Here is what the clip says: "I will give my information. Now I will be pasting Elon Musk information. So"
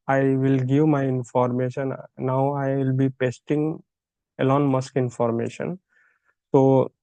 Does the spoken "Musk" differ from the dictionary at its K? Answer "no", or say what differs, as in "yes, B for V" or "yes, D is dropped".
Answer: no